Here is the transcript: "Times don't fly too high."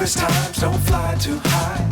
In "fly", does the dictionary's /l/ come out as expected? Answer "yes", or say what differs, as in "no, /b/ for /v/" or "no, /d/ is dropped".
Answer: yes